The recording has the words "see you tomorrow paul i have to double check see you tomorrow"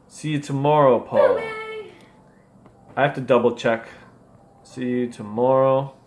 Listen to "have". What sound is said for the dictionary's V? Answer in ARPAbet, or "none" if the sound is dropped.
F